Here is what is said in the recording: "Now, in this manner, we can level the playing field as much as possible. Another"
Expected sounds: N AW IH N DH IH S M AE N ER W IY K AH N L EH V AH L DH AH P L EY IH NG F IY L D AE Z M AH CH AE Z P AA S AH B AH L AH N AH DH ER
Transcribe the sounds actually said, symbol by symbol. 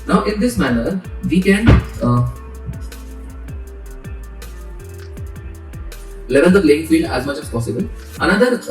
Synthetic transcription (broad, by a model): N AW IH N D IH S M AE N ER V IY K AH N L EH V AH L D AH P L EY IH NG F IY L D AE Z M AH CH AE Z P AA S AH B AH L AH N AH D ER